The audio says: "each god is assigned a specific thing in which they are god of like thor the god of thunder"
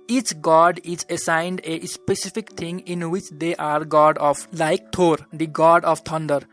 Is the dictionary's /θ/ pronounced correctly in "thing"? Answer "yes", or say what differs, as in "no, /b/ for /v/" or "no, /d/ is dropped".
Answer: no, /t/ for /θ/